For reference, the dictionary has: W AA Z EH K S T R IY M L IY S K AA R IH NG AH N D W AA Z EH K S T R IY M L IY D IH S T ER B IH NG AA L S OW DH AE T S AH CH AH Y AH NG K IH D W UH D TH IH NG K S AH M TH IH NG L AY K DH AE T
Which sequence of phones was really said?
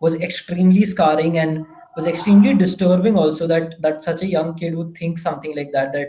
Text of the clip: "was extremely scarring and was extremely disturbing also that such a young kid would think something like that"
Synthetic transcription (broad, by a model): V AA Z EH K S T R IY M L IY S K AA R IH NG AH N D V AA Z EH K S T R IY M L IY D IH S T ER B IH NG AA L S OW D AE T S AH CH AH Y AH NG K IH D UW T IH NG K S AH M T IH NG L AY K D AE T